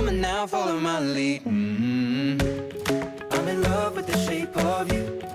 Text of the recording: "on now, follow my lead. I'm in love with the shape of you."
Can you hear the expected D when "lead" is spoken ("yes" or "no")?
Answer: no